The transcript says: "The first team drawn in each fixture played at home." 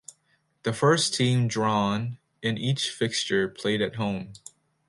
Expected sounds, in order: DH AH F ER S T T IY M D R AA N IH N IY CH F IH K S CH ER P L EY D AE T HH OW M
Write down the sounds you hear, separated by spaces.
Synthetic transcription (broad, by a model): DH AH F ER S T T IY M D R AA N IH N IY CH F IH K S CH ER P L EY D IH T HH OW M